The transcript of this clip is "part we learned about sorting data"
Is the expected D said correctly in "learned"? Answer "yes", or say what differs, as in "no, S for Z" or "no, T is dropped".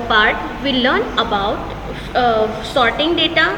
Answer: no, D is dropped